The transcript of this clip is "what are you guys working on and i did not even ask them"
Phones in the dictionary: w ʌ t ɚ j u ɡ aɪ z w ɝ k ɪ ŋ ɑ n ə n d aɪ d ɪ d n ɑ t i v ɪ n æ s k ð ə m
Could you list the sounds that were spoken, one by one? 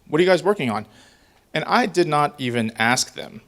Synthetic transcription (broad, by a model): w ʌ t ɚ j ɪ ɡ aɪ z w ɝ k ɪ ŋ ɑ n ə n aɪ d ɪ d n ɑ t i v ɪ n æ s k ð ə m